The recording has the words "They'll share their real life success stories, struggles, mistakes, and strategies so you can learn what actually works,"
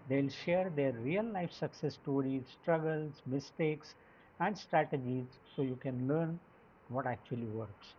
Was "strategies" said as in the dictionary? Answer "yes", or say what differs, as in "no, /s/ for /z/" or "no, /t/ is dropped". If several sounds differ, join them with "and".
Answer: yes